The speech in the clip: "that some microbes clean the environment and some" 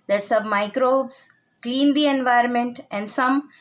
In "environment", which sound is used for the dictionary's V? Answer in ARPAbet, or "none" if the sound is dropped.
V